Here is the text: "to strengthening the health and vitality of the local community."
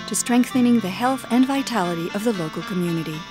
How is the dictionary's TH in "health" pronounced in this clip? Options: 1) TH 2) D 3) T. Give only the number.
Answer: 1